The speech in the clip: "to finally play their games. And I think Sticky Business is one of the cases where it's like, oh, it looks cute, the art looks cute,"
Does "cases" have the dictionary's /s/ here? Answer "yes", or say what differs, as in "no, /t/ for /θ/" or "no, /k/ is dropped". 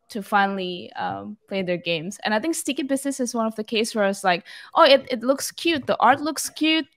no, /s/ is dropped